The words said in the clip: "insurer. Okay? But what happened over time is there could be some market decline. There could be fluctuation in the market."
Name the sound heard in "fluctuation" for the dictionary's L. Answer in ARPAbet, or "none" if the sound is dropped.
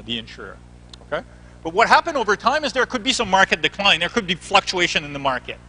L